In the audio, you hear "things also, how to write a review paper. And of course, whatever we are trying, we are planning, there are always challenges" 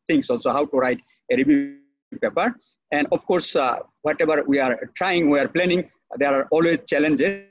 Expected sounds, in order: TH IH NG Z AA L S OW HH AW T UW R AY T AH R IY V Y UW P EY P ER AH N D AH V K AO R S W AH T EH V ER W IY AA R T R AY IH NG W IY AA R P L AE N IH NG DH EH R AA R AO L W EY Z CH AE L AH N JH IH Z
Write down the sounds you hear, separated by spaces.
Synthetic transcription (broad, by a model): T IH NG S AA L S OW HH AW T UW R AY T AH R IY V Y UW P EY P ER AH N D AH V K AO R S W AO T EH B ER W IY AA R T R AY IH NG W IY AA R P L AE N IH NG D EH R AA R AO L W EY Z CH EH L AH N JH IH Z